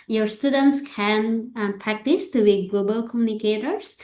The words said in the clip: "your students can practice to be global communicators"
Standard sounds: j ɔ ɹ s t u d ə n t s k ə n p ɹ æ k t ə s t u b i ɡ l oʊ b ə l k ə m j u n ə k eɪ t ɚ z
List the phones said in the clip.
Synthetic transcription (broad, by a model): j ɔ ɹ s t u d ə n t s k ə n p ɹ æ k t ə s t u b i ɡ l oʊ b ə l k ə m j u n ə k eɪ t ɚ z